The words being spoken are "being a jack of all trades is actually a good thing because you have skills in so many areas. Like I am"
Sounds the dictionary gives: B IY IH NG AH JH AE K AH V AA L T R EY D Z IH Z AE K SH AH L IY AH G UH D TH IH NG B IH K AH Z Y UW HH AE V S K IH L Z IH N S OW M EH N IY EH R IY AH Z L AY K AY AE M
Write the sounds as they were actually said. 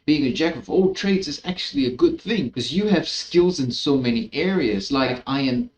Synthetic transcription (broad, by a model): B IY IH NG AH JH AE K AH V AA L T R EY D Z IH Z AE K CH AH L IY AH G UH D TH IH NG K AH Z Y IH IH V S K IH L Z IH N S OW M EH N IY EH R IY AH Z L AY K AY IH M